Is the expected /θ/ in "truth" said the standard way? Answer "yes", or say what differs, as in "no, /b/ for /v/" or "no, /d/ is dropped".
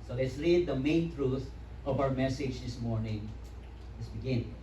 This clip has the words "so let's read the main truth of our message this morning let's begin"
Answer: no, /t/ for /θ/